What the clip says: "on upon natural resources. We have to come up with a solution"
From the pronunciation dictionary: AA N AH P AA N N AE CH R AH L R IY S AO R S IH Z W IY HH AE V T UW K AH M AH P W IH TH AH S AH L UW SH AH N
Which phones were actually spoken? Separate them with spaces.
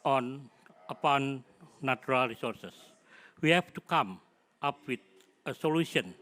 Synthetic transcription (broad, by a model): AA N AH P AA N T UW R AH L R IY S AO R S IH S W IY HH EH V T UW K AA M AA P W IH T AH S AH L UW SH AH N